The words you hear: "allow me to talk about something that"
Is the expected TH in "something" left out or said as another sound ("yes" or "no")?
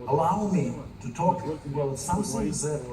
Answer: yes